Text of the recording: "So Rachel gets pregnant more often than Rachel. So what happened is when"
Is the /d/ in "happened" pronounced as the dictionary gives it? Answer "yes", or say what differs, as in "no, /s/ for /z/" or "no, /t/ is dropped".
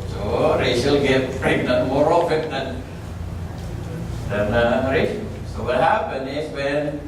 no, /d/ is dropped